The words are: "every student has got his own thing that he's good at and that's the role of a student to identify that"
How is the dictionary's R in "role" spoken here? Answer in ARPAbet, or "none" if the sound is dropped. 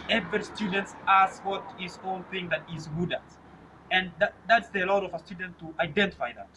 L